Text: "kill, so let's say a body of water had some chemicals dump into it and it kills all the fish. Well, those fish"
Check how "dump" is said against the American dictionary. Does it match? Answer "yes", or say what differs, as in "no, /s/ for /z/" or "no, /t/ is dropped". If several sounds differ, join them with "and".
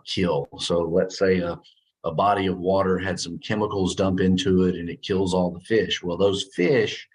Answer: yes